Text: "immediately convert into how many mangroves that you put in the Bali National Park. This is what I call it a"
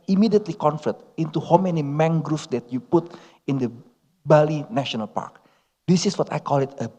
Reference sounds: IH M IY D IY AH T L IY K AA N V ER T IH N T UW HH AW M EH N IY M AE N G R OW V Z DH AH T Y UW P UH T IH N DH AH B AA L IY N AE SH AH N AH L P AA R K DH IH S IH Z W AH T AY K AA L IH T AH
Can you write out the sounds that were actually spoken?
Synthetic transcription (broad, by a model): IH M IY D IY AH T L IY K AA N F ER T IH N T UW HH AW M EH N IY M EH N G R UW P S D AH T Y UW P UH T IH N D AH B AA L IY N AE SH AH N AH L P AA R K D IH S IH S W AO T AY K AA L IH T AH